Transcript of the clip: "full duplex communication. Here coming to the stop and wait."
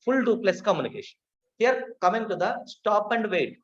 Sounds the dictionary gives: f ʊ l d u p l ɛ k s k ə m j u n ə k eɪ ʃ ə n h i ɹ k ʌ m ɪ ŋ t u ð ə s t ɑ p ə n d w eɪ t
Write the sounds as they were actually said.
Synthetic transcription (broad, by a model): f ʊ l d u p l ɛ s k ə m j u n ə k eɪ ʃ ə n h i ɹ k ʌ m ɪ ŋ t u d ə s t ɑ p ə n d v eɪ t